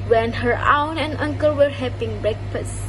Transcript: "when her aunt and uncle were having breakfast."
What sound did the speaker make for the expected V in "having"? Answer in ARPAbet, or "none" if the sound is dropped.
P